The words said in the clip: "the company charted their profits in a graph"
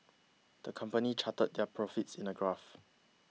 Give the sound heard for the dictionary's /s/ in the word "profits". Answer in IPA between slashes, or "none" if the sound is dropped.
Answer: /s/